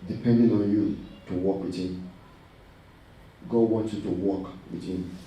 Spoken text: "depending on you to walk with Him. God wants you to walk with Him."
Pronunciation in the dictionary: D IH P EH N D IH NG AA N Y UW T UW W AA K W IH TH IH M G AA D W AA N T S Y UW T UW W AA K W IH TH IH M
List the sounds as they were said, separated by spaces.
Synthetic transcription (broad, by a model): D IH P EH N D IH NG AA N Y UW T UW W AA K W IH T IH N G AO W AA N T Y UW T UW W AA K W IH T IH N